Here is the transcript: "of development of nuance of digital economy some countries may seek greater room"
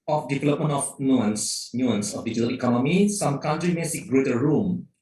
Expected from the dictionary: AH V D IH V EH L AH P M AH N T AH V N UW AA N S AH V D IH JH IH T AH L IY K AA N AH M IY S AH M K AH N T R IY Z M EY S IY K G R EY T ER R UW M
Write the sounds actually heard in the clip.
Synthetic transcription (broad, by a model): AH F D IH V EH L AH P M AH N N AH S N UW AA N S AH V D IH JH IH T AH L IY K AA N AH M IY S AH M K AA N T R IY M EY S IY K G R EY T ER R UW M